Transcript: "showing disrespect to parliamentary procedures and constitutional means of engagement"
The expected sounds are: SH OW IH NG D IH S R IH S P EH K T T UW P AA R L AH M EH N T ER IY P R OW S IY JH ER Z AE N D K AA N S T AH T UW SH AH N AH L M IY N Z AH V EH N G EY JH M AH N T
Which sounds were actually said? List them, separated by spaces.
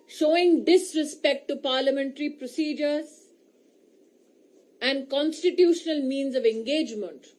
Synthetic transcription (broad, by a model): SH OW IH NG D IH S R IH S P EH K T T UW P AA R L AH M EH N T ER IY P R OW S IY JH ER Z AE N D K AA N S T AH T UW SH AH N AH L M IY N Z AH V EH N G EY JH M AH N T